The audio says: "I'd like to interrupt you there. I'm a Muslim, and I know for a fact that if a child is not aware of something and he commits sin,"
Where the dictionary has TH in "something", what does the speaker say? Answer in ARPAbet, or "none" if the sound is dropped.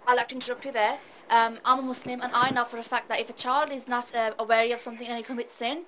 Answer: TH